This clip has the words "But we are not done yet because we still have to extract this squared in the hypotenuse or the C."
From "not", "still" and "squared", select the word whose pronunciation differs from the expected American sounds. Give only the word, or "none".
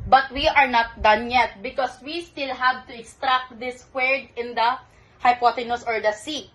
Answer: squared